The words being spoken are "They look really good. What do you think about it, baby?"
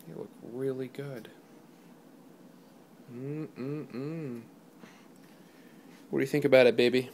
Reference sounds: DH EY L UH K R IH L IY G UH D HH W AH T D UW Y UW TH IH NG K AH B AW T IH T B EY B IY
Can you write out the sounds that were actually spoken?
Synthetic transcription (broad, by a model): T L UH K R IH L IY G UH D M W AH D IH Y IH TH IH NG K AH B AW T IH T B EY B IY